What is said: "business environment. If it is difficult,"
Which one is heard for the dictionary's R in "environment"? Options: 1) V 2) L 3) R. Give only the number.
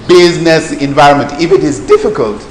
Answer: 3